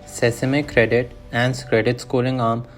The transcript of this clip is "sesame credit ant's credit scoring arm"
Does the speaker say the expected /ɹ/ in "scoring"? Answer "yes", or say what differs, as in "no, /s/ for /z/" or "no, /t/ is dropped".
no, /l/ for /ɹ/